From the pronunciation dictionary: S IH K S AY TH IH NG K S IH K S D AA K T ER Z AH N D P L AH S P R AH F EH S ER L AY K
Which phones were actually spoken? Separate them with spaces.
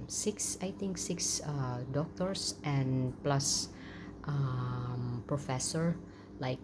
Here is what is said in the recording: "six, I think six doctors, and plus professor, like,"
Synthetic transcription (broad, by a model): S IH K S AY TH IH NG K S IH K S D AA K T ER S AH N P L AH S P R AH F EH S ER L AY K